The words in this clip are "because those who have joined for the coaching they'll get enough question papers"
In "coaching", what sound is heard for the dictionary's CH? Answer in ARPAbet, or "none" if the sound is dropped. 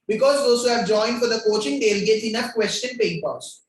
CH